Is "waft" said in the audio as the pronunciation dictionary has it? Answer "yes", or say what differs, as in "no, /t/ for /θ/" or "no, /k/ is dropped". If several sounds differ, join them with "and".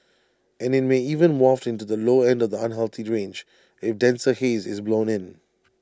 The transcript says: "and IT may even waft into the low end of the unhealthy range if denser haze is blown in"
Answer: yes